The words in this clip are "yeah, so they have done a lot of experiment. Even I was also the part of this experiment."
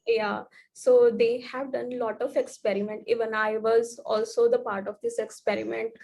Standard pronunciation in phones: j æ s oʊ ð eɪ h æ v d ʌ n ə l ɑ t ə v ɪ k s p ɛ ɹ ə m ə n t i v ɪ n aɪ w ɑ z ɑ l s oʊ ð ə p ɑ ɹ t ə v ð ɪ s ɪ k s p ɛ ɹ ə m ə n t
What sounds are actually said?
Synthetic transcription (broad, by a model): j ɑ s oʊ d eɪ h æ v d ʌ n l ɑ t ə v ɪ k s p ɛ ɹ ə m ə n t i v ɪ n aɪ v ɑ z ɑ l s oʊ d ə p ɑ ɹ t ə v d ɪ s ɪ k s p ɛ ɹ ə m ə n t